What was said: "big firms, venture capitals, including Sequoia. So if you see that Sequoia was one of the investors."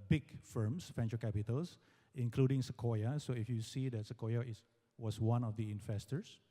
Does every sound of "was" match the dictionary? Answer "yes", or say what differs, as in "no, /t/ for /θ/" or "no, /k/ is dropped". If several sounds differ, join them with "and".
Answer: no, /s/ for /z/